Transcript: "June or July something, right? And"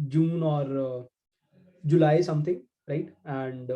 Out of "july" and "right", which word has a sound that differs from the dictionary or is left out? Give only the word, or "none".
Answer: none